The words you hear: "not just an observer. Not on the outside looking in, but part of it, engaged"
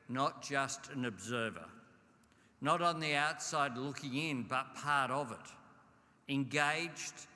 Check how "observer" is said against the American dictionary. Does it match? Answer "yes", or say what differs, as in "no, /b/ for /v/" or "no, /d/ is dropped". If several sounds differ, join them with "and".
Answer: yes